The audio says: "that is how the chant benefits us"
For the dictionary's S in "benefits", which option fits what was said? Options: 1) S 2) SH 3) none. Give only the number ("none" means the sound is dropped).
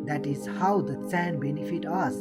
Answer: 3